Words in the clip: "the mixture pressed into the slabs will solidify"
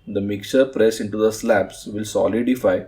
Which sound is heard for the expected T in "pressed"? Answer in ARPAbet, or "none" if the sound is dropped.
none